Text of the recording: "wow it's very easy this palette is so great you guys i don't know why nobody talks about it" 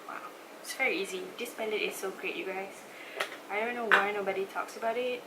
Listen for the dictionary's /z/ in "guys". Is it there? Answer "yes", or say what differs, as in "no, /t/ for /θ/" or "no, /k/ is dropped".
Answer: no, /s/ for /z/